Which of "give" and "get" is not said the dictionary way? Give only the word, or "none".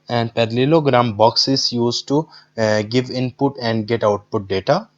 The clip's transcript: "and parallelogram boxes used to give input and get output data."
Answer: none